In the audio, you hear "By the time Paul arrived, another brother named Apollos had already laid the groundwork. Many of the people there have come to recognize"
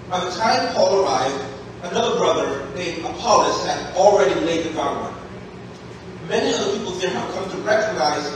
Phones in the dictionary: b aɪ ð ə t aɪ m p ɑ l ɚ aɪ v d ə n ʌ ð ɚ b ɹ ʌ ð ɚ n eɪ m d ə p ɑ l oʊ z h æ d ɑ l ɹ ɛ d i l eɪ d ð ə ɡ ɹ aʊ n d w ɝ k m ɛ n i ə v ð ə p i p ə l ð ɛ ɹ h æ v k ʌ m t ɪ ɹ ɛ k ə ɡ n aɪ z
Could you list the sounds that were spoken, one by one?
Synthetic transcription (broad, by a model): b aɪ ð ə t aɪ m p ɑ l ɚ aɪ v d ə n ʌ ð ɚ b ɹ ʌ ð ɚ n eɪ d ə p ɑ l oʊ s h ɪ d l ɹ ɛ d i l eɪ d ð ə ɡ aʊ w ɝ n m ɛ n i ə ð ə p i p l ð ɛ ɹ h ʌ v k ʌ m t ɪ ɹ ɛ k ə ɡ n aɪ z